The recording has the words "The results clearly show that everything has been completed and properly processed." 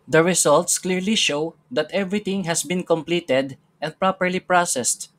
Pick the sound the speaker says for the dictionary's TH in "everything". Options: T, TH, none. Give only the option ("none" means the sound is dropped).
T